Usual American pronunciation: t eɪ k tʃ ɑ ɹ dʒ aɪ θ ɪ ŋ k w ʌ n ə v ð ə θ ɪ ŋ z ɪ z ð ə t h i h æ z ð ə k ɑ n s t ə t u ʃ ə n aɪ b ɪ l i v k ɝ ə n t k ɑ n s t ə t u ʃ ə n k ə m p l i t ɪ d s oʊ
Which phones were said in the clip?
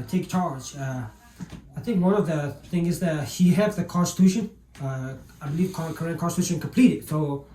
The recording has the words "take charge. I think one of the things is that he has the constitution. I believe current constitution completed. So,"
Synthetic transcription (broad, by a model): t eɪ k tʃ ɑ ɹ dʒ aɪ θ ɪ ŋ k w ʌ n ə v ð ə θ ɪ ŋ ɪ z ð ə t h i h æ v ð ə k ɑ n s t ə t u ʃ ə n aɪ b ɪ l i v k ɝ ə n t k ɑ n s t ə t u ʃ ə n k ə m p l i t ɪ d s oʊ